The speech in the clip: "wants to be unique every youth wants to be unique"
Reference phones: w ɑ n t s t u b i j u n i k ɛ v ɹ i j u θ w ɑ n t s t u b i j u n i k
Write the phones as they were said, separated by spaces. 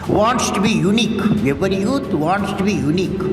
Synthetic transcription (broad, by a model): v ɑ n t s t u b i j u n i k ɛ p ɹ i j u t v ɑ n t s t u b i j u n i k